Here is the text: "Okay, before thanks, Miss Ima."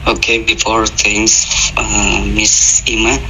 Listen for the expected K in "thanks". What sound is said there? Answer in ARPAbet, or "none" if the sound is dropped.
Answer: none